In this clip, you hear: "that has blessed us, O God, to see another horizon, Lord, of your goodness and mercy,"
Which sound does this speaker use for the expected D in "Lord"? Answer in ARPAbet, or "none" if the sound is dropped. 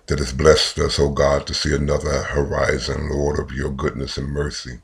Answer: D